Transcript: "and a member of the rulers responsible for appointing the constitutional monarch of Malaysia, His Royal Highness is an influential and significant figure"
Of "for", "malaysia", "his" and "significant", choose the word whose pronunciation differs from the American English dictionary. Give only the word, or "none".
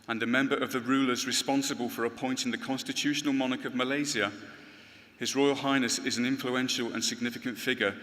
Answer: malaysia